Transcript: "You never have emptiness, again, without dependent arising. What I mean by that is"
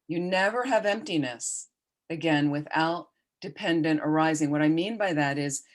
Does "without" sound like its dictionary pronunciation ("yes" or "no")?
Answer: yes